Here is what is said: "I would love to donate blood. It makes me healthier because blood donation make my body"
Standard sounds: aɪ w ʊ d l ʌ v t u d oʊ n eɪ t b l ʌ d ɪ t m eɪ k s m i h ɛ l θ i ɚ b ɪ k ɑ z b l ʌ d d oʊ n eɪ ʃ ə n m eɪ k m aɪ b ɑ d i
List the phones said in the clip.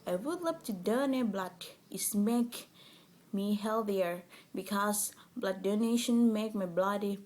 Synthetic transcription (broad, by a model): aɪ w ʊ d l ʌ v t u d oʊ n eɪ b l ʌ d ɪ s m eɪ k m i h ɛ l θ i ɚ b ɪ k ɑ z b l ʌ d d oʊ n eɪ ʃ ə n m eɪ k m aɪ b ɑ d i